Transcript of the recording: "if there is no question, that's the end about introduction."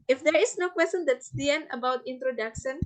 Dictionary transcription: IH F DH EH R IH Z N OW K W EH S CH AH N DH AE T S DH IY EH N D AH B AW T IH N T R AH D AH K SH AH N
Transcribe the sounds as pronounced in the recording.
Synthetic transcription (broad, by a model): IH F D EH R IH S N OW K W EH S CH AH N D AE T S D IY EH N AH B AW T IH N T R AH D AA K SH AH N